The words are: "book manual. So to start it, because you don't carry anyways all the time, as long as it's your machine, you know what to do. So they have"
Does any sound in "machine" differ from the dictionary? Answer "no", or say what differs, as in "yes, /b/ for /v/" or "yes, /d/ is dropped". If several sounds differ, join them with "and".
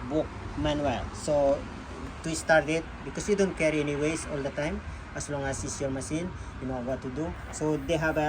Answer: yes, /s/ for /ʃ/